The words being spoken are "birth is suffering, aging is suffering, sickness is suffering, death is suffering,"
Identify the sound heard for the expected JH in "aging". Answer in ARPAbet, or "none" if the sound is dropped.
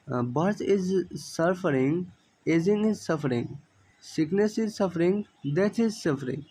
Z